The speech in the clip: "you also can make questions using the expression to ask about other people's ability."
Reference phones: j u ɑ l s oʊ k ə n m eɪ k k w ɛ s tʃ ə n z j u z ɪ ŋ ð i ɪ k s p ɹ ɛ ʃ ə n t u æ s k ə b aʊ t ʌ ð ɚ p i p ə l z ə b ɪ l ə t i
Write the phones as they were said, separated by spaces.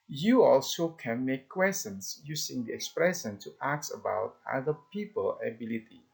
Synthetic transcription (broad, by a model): j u ɑ l s oʊ k ə n m eɪ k k w ɛ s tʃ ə n s j u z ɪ ŋ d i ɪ k s p ɹ ɛ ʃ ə n t u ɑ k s ə b aʊ t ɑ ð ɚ p i p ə l ə b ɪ l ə t i